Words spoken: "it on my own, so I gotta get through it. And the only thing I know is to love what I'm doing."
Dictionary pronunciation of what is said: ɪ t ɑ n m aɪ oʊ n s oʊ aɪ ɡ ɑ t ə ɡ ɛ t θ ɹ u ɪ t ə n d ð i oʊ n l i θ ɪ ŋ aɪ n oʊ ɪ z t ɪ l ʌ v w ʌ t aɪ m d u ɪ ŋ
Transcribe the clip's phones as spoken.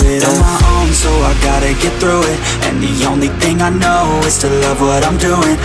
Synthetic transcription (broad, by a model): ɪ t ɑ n m aɪ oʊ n s oʊ aɪ ɡ ɑ t ə ɡ ɛ t θ ɹ u ɪ t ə n ð i oʊ n l i θ ɪ ŋ aɪ n oʊ ɪ z t ɪ l ʌ v w ʌ t aɪ m d u ɪ ŋ